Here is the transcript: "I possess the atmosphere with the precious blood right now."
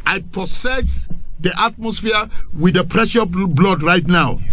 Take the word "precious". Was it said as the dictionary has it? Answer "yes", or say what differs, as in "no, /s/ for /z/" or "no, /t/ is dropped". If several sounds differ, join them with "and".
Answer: no, /s/ is dropped